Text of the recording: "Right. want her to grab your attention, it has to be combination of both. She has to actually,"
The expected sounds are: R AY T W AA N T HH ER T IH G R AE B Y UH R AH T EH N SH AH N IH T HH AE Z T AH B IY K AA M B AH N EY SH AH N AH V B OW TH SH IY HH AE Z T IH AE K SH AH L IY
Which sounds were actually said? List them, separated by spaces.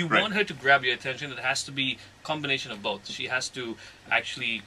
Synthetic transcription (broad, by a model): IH W AA N T HH ER T IH G R AE B Y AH R AH T EH N SH AH N IH T HH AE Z T AH B IY K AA M B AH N EY SH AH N AH V B OW TH SH IY HH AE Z T IH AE K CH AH L IY